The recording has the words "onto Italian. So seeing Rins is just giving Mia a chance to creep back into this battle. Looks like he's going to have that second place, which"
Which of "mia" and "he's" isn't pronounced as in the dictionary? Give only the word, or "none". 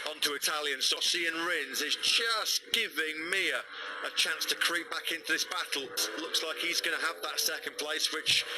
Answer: none